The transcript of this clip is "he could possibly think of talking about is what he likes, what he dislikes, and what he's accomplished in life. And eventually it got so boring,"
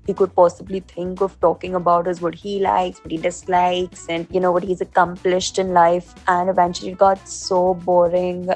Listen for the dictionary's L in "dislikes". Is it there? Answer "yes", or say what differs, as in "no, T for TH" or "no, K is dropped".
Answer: yes